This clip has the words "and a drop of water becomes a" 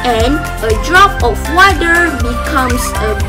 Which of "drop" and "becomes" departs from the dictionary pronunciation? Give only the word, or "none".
becomes